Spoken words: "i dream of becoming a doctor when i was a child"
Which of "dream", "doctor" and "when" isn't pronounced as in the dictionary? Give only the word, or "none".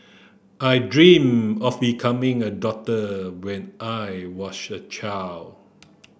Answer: doctor